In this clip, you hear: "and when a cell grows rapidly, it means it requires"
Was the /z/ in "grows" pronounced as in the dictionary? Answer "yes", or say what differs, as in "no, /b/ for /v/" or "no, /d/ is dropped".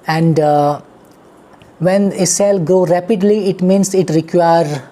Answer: no, /z/ is dropped